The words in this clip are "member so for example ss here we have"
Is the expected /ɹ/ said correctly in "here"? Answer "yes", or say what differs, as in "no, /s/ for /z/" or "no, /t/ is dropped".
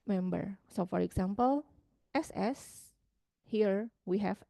yes